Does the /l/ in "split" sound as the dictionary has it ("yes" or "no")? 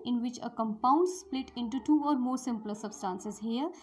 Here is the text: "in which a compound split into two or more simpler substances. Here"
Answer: yes